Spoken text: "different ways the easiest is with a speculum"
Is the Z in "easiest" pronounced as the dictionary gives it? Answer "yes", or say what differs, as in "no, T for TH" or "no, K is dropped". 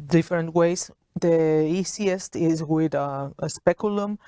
no, S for Z